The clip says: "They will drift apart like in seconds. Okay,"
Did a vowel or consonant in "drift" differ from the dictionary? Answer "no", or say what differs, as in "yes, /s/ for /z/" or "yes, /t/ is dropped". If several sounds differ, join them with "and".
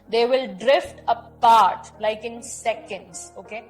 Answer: no